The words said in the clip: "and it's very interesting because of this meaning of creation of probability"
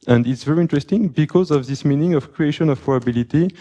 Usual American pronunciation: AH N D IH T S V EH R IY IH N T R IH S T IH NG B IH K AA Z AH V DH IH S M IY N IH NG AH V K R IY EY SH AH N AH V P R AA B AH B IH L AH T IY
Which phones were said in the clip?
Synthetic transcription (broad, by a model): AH N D IH T S V EH R IY IH N T R IH S T IH NG B IH K AA Z AH V DH IH S M IY N IH NG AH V K R IY EY SH AH N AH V P R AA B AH B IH L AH T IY